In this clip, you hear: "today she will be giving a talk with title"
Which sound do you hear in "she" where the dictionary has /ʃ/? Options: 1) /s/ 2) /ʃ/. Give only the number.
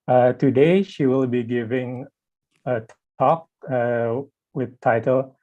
2